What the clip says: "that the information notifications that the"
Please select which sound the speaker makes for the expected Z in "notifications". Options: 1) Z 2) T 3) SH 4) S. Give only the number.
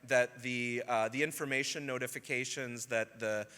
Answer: 1